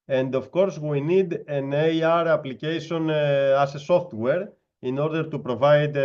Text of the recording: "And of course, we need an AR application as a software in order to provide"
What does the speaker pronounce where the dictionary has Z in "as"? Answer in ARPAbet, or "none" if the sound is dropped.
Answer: S